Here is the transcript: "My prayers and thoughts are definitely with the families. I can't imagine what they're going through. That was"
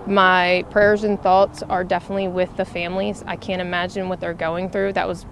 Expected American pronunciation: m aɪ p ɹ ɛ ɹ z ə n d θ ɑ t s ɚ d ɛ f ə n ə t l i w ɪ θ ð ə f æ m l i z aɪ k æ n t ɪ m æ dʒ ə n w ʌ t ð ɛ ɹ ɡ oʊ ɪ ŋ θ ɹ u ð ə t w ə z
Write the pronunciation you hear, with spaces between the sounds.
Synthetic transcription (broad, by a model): m aɪ p ɹ ɛ ɹ z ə n θ ɑ t s ɚ d ɛ f ə n ə t l i w ɪ ð ə f æ m l i z aɪ k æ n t ɪ m æ dʒ ə n w ʌ t ð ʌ ɹ ɡ oʊ ɪ ŋ θ ɹ u ð ə t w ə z